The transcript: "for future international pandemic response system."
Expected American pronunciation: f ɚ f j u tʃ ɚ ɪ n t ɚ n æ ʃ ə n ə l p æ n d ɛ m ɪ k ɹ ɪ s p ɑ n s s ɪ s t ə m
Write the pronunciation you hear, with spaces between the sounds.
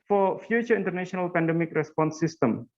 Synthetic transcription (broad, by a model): f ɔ f j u tʃ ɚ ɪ n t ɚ n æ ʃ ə n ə l p æ n d ɛ m ɪ k ɹ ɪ s p ɑ n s s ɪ s t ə m